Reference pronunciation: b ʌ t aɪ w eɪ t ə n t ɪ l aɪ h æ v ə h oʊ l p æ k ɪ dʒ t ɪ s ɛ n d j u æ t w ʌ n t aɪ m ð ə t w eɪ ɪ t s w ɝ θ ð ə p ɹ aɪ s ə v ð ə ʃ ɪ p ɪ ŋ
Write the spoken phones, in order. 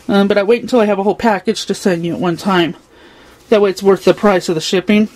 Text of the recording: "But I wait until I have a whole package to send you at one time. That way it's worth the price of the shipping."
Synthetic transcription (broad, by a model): b ʌ t aɪ w eɪ t n t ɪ l aɪ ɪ v ə h oʊ l p æ k ɪ dʒ t ɪ s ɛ n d j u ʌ t w ʌ n t aɪ m ð ə t w eɪ ɪ t s w ɝ θ ð ə p ɹ aɪ s ə v ð ə ʃ ɪ p ɪ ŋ